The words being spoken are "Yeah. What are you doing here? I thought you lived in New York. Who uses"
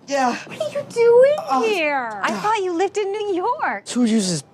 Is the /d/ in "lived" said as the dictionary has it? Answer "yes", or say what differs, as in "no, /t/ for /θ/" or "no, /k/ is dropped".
yes